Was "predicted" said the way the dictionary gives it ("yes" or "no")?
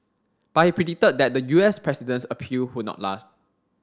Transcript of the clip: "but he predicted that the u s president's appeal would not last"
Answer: no